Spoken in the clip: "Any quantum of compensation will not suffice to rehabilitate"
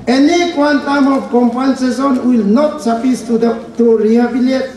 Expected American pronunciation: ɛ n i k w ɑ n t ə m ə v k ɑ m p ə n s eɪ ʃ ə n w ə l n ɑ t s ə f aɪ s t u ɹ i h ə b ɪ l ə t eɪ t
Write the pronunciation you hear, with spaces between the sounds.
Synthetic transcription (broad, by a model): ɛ n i k w ɑ n t ə m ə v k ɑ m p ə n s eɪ s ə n w ə l n ɑ t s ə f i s t u ɹ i h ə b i l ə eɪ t